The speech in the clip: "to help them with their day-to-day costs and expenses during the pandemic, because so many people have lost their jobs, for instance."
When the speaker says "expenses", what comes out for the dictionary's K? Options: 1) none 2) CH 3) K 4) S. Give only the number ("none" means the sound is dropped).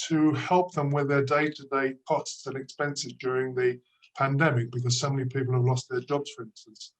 3